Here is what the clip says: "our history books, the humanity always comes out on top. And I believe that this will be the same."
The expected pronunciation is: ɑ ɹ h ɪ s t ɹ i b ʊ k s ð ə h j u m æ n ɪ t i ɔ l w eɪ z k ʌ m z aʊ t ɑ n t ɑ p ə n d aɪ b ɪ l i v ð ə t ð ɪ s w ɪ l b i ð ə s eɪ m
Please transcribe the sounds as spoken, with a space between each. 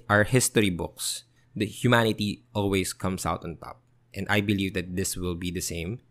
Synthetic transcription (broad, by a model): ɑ ɹ h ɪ s t ɹ i b ʊ k s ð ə h j u m æ n ɪ t i ɔ l w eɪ s k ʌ m s aʊ t ɑ n t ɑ p ə n d aɪ b ɪ l i v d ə t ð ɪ s w ɪ l b i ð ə s eɪ m